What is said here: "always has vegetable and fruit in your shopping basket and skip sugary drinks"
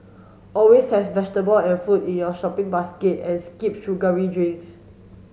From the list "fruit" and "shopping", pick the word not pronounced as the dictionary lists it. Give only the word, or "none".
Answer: fruit